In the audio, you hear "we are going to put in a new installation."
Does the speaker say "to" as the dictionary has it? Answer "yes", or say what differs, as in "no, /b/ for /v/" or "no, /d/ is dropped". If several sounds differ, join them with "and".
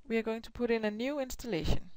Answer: no, /s/ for /t/